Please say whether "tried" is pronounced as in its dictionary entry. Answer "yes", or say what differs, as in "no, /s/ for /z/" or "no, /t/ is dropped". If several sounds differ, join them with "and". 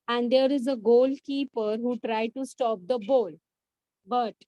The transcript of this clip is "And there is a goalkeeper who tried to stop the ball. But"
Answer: yes